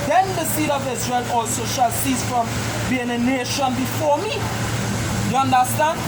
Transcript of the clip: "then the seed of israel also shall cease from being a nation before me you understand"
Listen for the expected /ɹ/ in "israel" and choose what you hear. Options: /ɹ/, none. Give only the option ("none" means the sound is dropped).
/ɹ/